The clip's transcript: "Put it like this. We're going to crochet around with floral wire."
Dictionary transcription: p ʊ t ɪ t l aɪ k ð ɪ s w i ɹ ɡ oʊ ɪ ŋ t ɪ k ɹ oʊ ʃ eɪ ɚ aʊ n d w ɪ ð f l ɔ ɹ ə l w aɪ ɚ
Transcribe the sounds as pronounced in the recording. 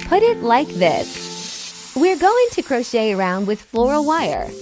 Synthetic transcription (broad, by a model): p ʊ t ɪ t l aɪ k ð ɪ s w i ɹ ɡ oʊ ɪ ŋ t ɪ k ɹ oʊ ʃ eɪ ɚ aʊ n d w ɪ ð f l ɔ ɹ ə w aɪ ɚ